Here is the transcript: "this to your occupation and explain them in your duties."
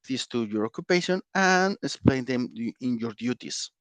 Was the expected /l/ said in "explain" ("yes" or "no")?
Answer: yes